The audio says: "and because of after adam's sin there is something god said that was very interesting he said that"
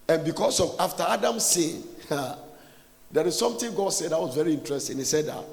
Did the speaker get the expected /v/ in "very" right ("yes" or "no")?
yes